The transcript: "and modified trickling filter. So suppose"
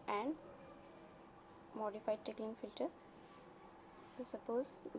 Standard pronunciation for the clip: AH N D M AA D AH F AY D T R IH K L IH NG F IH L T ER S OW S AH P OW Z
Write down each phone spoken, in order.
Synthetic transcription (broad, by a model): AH N D M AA D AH F AY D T EH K L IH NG F IH L T ER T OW S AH P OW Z